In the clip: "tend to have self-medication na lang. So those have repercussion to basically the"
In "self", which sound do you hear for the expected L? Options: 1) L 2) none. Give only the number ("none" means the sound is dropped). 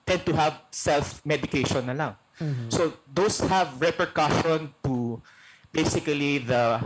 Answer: 1